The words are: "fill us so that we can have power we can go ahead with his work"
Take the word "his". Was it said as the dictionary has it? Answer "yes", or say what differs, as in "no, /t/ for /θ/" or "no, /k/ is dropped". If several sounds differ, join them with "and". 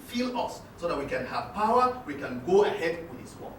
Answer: no, /s/ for /z/